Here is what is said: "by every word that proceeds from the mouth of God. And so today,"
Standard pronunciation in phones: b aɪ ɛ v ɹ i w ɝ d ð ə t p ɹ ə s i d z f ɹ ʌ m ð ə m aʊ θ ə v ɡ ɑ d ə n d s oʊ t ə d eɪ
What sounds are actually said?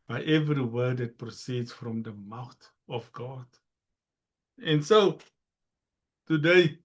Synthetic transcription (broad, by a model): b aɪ ɛ v ɹ i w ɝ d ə t p ɹ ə s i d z f ɹ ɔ m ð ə m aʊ t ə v ɡ ɑ d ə n s oʊ t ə d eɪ